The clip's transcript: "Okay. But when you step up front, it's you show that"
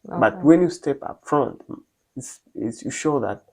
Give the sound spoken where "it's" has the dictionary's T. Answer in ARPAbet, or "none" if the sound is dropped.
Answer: S